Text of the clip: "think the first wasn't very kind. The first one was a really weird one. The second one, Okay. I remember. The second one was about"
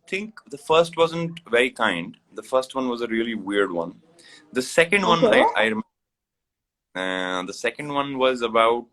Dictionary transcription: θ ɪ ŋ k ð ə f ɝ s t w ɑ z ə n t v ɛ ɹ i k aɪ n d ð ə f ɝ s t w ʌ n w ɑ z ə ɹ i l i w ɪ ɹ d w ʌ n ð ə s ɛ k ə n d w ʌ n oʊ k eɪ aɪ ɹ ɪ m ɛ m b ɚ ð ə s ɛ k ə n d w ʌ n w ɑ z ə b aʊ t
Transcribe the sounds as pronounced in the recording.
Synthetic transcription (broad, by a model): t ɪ ŋ k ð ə f ɝ s t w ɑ z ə n t v ɛ ɹ i k aɪ n d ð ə f ɝ s t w ʌ n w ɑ z ə ɹ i l i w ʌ ɹ d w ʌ n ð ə s ɛ k ə n d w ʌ n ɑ ɪ aɪ ɹ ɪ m m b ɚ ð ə s ɛ k ə n d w ʌ n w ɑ z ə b aʊ t